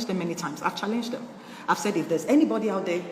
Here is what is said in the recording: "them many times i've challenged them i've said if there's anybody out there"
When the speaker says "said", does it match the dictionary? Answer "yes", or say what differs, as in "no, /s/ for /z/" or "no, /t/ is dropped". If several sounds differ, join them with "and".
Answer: yes